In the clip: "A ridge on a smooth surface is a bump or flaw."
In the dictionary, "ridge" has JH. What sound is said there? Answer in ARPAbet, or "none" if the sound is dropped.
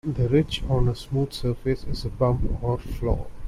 CH